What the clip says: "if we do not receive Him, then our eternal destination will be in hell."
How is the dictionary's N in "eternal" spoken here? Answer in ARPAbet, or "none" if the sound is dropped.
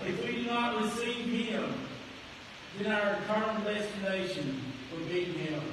none